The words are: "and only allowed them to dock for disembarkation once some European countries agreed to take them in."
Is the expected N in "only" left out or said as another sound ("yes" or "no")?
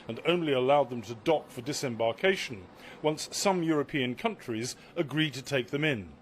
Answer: no